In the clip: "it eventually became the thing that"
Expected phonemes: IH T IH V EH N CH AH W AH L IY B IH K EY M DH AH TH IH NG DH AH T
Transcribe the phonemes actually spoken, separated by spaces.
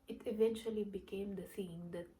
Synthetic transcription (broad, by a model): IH T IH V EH N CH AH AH L IY B IH K EY M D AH S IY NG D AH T